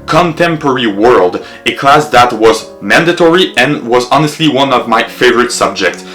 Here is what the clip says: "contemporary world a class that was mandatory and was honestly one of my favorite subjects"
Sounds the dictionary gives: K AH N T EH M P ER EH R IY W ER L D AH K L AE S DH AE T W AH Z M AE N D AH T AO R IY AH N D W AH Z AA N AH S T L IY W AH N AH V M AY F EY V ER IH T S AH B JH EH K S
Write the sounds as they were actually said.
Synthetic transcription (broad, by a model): K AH N T EH M P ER R IY W ER L D AH K L AE S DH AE T W AH Z M AE N D AH T AO R IY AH N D W AH Z AA N AH S T L IY W AH N AH V M AY F EY V ER IH T S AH B JH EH K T